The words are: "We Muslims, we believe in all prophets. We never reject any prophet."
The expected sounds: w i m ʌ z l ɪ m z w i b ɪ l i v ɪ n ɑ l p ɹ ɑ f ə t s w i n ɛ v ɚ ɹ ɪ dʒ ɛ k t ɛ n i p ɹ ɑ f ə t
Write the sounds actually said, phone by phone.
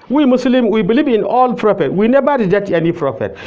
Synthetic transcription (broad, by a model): w i m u s l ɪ m w i b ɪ l i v ɪ n ɑ l p ɹ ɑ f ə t w i n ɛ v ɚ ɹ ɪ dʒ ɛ t ɛ n i p ɹ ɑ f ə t